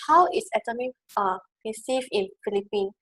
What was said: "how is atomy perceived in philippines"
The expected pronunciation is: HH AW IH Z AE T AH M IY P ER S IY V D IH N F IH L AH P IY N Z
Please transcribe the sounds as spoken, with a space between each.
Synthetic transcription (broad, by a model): HH AW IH S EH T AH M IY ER S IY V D IH N F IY L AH P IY N